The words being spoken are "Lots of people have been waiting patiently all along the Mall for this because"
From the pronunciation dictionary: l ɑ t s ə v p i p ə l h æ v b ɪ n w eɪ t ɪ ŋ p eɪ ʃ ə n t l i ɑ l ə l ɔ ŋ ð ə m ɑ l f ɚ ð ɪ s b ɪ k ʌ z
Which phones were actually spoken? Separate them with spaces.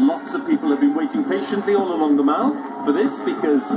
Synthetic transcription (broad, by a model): l ɑ t s ə v p i p ə l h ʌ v b ɪ n w eɪ t ɪ ŋ p eɪ ʃ ə n t l i ɑ l ə l ɔ ŋ ð ə m ɑ n f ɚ ð ɪ s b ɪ k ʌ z